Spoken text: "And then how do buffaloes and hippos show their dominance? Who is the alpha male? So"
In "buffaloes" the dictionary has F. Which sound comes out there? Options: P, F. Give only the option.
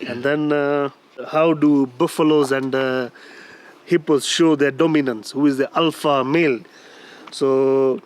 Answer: F